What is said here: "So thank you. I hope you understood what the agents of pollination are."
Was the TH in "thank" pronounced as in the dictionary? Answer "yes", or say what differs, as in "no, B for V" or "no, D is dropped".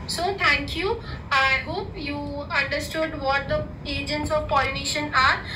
no, T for TH